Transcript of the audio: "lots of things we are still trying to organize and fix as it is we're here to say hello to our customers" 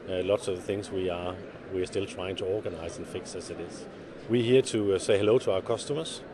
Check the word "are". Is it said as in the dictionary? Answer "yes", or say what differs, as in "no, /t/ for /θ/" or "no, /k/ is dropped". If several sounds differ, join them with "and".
no, /w/ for /ɹ/